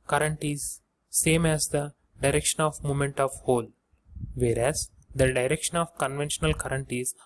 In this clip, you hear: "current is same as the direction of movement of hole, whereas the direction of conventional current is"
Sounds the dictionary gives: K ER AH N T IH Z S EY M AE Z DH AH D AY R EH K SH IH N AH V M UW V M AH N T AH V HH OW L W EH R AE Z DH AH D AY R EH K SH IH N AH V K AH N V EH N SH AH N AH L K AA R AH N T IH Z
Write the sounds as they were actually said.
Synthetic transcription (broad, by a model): K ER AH N T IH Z S EY M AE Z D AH D AY R EH K SH IH N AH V M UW M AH N T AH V HH OW L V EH R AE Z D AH D AY R EH K SH IH N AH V K AH N V EH N SH AH N AH L K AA R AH N T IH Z